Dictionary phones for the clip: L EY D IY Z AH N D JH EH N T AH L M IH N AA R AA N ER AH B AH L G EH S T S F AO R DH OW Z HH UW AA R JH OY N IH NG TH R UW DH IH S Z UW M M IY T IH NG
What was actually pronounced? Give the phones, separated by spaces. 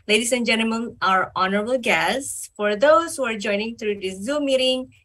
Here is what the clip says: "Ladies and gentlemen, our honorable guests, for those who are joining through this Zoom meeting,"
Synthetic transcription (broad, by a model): L EY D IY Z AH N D JH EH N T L M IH N AA R AA N ER AH B AH L G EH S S F AO R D OW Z HH UW AA R JH OY N IH NG T R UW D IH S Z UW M M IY T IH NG